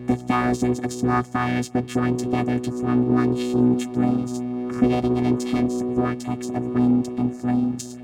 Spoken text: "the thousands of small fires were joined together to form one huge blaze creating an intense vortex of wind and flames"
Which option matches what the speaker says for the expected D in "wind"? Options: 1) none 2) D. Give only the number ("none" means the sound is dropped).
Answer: 2